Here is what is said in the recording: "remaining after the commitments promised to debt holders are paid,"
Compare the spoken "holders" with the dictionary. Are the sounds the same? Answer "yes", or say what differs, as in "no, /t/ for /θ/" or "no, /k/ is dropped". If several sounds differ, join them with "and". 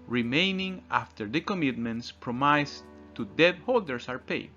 no, /s/ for /z/